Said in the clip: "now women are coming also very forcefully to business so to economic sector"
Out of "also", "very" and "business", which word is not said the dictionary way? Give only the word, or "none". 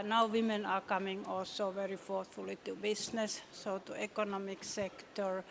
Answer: business